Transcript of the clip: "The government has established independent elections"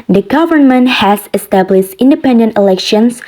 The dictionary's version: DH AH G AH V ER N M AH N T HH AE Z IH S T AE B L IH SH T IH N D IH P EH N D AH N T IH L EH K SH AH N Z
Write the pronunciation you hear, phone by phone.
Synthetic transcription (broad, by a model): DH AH G AH V ER N M AH N T HH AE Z IH S T AE B L IH SH T IH N D IH P EH N D AH N T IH L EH K SH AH N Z